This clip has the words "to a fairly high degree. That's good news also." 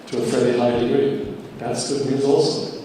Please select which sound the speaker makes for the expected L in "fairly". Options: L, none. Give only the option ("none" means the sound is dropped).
none